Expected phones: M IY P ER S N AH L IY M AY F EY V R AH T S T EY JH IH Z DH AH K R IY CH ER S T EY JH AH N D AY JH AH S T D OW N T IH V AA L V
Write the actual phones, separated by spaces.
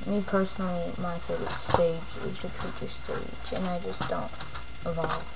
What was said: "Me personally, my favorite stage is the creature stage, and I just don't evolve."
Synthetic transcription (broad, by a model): M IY P ER S N L IY M AY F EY R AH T S T EY JH IH Z DH AH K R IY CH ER S T EY JH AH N AY JH AH S D OW N T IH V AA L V